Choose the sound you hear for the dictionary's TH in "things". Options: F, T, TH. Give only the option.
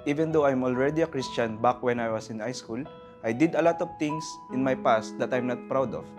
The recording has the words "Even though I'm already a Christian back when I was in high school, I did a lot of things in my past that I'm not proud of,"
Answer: T